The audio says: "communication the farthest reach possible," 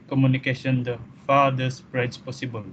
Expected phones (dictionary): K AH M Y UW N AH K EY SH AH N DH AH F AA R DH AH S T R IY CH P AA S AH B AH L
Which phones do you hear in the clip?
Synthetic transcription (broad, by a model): K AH M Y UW N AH K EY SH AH N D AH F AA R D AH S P R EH S P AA S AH B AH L